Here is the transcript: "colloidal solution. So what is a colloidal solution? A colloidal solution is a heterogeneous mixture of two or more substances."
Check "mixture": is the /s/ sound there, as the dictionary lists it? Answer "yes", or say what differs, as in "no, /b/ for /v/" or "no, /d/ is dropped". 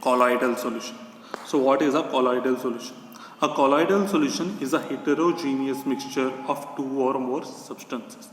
yes